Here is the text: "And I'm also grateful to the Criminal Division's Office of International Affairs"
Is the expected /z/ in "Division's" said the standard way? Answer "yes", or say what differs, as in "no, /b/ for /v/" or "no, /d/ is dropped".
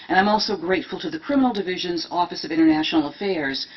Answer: yes